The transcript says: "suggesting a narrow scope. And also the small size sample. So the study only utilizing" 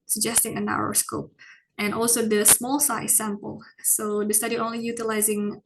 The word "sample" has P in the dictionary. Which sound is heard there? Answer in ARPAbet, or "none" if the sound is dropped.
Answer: P